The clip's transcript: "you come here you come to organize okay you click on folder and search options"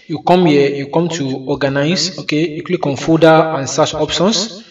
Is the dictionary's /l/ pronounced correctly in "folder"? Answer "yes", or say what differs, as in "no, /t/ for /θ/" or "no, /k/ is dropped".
no, /l/ is dropped